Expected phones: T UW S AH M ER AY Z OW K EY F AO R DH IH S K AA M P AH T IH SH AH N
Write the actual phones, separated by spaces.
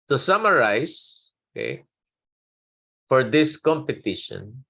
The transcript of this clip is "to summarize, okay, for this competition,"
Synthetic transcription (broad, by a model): T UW S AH M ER AY S OW K EY F AO R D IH S K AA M P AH T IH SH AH N